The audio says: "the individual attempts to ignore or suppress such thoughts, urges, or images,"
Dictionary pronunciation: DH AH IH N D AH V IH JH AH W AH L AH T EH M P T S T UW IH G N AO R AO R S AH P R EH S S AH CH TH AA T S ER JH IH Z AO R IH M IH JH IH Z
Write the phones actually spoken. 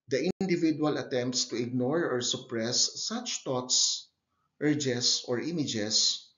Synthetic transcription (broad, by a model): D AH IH N D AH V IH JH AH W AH L AH T EH M P T S T UW IH G N AO R AO R S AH P R EH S S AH CH T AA T S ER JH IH S AO R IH M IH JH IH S